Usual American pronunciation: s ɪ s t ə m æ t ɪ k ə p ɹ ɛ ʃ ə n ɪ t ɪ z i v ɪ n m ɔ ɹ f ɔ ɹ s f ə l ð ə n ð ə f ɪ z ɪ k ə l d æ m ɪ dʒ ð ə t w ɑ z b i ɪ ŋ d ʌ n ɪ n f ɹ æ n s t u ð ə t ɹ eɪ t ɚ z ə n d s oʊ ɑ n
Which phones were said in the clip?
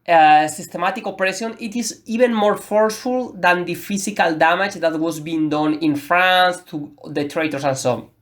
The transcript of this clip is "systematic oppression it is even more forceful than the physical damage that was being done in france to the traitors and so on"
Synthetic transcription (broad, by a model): s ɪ s t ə m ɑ t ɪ k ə p ɹ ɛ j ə n ɪ t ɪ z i b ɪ n m ɔ ɹ f ɔ ɹ s f ə l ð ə n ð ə f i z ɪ k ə l d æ m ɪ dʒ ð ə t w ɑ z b i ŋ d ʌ n ɪ n f ɹ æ n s t u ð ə t ɹ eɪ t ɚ s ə n s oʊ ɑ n